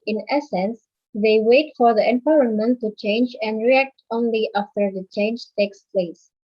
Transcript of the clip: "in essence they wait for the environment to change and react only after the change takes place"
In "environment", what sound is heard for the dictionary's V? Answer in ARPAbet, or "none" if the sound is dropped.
P